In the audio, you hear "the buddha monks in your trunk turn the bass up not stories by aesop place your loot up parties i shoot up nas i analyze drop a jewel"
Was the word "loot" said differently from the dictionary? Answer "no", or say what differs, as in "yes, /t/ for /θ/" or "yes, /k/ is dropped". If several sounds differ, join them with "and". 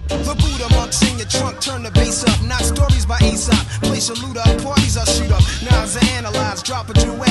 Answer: no